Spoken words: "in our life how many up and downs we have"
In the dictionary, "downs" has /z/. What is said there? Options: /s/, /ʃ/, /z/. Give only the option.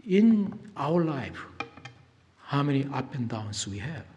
/s/